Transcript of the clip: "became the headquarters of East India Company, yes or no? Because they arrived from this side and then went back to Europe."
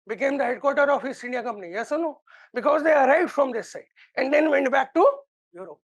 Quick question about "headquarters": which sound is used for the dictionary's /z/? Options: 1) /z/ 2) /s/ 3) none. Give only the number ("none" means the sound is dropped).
3